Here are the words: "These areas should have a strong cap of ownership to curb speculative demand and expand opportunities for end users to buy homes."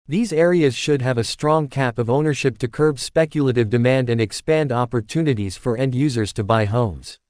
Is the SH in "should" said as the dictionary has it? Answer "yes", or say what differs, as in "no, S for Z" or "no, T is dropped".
yes